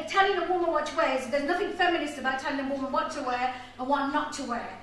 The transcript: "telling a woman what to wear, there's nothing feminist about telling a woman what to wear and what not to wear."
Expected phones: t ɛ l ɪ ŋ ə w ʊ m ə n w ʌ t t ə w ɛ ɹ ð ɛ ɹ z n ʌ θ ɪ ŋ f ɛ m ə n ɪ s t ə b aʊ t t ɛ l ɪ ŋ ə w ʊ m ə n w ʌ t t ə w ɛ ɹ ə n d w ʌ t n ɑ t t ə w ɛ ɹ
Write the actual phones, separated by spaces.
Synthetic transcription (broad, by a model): t ɛ l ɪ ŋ ə w ʊ m ə n w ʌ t t ə w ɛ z ð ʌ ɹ z n ʌ θ ɪ ŋ f ɛ m ə n ɪ s t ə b aʊ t t ɛ l ɪ ŋ ə w ʊ m ə n w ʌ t t ə w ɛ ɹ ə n w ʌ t n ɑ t t ə w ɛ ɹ